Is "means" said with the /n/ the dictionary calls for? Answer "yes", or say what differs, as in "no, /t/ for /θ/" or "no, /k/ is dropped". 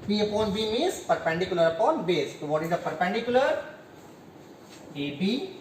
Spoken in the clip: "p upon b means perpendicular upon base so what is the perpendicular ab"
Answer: no, /n/ is dropped